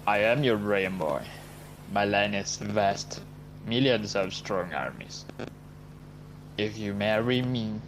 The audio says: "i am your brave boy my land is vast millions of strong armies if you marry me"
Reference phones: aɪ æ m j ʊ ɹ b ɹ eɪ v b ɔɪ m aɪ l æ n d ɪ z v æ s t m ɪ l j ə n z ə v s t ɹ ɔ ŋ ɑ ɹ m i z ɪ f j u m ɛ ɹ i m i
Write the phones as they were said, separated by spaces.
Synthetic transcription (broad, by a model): aɪ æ m j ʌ ɹ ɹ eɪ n b ɔɪ m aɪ l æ n ɪ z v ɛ s t m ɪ l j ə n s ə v s t ɹ ɔ ŋ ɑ ɹ m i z ɪ f j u m ɛ ɹ i m i